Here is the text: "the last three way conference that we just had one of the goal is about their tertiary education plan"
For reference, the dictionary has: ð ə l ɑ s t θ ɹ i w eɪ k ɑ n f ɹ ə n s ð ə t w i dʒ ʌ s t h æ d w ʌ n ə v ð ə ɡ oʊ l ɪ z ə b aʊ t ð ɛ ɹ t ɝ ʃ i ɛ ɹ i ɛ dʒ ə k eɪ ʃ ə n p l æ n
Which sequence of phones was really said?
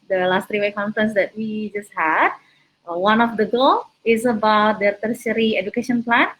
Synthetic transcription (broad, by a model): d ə l ɑ s t ɹ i w eɪ k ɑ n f ɹ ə n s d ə t w i dʒ ʌ s t h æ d w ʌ n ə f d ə ɡ oʊ l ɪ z ə b aʊ t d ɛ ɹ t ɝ s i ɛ ɹ i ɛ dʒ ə k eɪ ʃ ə n p l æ n